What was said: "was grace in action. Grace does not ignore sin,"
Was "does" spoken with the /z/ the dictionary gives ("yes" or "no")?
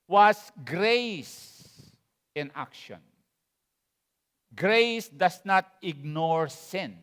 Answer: no